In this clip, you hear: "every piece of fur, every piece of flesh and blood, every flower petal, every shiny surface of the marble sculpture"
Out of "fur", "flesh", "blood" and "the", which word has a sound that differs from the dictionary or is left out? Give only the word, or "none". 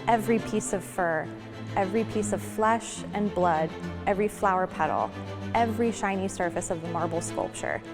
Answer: none